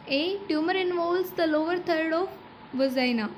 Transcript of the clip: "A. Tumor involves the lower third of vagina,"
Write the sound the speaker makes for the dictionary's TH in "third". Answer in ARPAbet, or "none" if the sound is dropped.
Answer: T